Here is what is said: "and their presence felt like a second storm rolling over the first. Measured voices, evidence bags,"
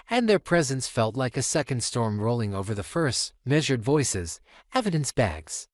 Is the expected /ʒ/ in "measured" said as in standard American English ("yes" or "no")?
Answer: yes